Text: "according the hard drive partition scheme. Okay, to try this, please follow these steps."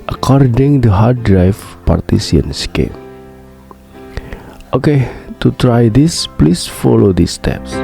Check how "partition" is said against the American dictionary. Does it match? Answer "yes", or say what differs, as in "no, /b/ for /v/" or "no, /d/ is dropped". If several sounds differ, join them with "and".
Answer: no, /s/ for /ʃ/